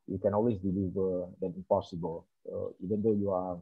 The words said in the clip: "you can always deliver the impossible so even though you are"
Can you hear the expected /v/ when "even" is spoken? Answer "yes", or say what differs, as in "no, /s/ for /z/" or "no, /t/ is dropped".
yes